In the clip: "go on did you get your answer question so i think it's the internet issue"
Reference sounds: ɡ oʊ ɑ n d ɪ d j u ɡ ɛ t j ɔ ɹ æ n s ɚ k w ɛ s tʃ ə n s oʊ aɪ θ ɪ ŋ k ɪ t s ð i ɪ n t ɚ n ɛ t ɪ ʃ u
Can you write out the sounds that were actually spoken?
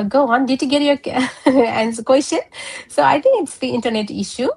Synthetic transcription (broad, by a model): ɡ oʊ ɑ n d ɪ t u ɡ ɛ t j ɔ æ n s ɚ k w ɛ s tʃ ə n s oʊ aɪ t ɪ ŋ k ɪ t s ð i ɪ n t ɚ n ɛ t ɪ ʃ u